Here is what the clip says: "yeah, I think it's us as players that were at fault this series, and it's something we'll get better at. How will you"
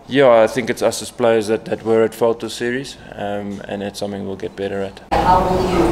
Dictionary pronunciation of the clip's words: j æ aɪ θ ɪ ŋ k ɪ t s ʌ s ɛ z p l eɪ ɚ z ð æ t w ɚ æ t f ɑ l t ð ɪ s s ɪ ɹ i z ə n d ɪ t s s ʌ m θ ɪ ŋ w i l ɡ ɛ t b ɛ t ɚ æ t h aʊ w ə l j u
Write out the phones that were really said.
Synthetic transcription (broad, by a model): j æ aɪ θ ɪ ŋ k ɪ t s ʌ s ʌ s p l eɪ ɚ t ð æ t w ɚ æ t f ɑ l t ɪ s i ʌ ɹ i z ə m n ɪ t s s ʌ m θ ɪ ŋ w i l ɡ ɛ t b ɛ t ɚ æ t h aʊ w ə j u